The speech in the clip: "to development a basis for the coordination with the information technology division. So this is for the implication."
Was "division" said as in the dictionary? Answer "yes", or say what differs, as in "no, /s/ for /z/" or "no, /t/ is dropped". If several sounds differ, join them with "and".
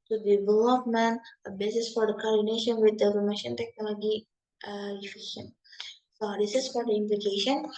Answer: no, /ʃ/ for /ʒ/